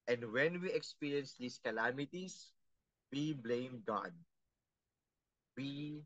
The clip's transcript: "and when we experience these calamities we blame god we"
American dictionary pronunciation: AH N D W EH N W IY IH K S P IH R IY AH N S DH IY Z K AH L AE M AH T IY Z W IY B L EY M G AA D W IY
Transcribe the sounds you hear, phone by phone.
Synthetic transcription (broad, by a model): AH N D W EH N W IY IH K S P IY R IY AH N S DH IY S K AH L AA M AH T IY S W IY B L EY M G AA D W IY